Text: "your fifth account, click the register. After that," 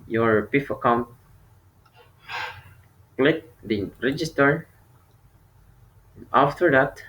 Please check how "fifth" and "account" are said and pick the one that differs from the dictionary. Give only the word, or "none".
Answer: fifth